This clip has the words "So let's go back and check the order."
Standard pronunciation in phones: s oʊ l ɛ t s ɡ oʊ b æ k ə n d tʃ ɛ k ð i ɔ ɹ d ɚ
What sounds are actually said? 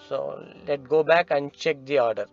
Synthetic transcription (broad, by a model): s oʊ l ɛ t ɡ oʊ b æ k ə n d tʃ ɛ k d i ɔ ɹ d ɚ